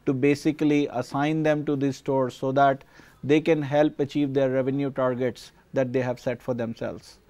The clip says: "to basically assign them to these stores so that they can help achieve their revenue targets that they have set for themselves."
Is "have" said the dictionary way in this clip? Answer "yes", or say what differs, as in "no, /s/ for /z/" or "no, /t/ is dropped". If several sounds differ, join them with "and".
yes